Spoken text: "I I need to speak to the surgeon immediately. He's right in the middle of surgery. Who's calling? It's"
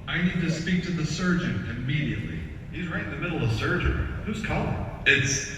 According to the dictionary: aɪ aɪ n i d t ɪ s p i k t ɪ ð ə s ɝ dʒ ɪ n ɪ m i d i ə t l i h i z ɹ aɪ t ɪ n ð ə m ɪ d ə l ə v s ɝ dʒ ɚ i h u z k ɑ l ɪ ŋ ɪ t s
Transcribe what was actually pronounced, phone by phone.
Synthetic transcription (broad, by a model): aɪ aɪ n i d t ɪ s p i k t ɪ ð ə s ɝ dʒ ɪ n ɪ m i d i ə t l i h i z ɹ aɪ t ɪ n ð ə m ɪ d l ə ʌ s ɝ dʒ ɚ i h u z k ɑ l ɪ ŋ ɪ t s